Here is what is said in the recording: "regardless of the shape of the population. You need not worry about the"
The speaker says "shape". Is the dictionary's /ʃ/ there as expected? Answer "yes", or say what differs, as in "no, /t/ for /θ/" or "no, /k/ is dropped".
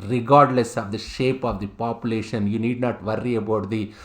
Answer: yes